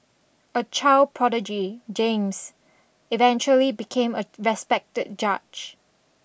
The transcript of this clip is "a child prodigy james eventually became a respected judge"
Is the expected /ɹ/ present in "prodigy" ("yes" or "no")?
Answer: yes